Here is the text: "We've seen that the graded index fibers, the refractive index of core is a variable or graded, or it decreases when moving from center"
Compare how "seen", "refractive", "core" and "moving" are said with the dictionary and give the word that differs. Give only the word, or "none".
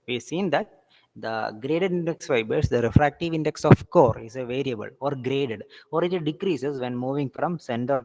none